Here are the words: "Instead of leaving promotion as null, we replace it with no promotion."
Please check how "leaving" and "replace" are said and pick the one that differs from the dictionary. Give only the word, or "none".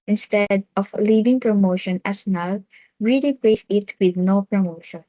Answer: replace